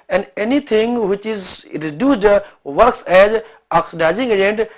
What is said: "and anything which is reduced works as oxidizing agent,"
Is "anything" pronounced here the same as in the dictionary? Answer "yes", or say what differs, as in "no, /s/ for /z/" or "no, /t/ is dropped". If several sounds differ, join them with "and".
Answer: no, /t/ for /θ/